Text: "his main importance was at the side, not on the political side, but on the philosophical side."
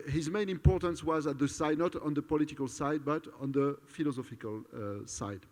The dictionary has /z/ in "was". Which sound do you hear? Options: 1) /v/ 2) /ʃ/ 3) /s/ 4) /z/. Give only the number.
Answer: 4